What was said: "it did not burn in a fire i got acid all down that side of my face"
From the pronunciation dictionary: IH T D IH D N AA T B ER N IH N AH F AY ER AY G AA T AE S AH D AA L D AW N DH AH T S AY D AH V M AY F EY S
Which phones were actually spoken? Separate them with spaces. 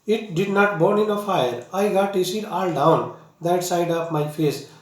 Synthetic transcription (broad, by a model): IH T D IH D N AA T B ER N IH N AH F AY ER AY G AA T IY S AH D AA L D AW N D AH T S AY D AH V M AY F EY S